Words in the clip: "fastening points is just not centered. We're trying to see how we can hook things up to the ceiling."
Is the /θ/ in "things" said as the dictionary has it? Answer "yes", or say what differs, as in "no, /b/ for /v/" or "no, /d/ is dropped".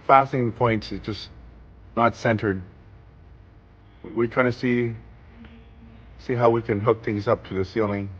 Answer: yes